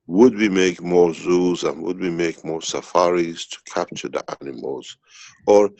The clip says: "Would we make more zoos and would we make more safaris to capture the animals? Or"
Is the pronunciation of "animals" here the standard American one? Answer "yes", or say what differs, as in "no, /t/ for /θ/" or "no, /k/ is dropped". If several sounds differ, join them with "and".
yes